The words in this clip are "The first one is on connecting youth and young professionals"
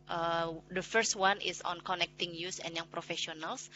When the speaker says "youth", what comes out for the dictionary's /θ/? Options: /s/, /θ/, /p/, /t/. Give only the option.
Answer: /s/